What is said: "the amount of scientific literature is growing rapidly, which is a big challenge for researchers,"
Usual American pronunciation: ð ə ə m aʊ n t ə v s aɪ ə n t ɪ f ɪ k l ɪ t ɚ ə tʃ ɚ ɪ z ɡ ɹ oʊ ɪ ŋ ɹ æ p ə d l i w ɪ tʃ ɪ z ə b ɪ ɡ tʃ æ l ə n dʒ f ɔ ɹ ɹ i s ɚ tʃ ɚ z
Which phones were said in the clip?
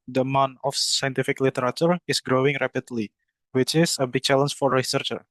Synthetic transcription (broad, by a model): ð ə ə m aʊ n ə f s aɪ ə n t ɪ f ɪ k l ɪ t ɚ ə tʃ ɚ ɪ s ɡ ɹ oʊ ɪ ŋ ɹ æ p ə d l i w ɪ tʃ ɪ s ə b ɪ ɡ tʃ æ l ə n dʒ f ɔ ɹ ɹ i s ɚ tʃ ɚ